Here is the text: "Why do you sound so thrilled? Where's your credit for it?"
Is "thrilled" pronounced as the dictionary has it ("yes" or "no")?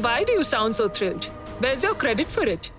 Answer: no